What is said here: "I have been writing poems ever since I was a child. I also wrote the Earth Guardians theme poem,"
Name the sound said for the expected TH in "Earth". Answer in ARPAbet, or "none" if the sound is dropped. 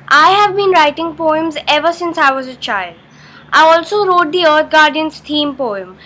T